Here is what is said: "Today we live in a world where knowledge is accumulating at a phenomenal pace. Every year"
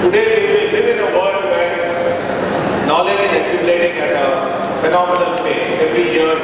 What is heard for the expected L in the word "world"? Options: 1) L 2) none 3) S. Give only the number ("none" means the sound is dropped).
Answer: 2